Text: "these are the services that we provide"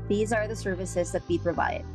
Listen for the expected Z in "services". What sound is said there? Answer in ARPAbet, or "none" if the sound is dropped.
Z